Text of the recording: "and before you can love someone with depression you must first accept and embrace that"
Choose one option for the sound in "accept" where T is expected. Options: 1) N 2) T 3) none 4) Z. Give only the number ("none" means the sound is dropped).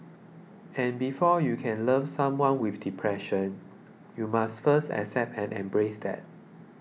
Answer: 2